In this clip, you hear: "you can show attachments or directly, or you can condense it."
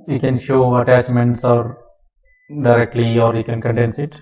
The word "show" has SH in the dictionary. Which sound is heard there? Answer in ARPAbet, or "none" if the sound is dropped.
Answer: SH